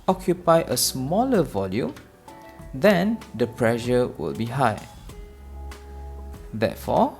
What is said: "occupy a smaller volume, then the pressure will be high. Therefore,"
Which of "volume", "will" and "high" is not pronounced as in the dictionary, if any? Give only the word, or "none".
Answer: none